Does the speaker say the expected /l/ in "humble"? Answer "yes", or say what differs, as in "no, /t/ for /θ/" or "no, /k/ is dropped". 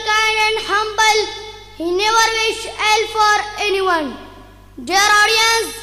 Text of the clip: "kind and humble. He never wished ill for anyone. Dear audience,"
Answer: yes